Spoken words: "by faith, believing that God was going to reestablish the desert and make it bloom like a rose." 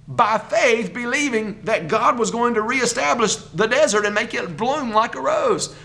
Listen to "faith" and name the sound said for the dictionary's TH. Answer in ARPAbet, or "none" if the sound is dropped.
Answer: TH